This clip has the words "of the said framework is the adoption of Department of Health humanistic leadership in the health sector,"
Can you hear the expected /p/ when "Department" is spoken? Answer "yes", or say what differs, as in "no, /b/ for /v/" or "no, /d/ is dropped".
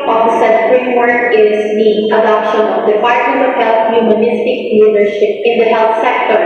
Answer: no, /f/ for /p/